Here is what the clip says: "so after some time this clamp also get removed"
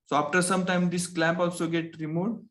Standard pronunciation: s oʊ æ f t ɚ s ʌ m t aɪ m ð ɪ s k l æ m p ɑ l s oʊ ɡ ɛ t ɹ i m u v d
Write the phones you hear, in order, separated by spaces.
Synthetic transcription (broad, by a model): s oʊ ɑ f t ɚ s ʌ m t aɪ m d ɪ s k l æ m p ɑ l s oʊ ɡ ɛ t ɹ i m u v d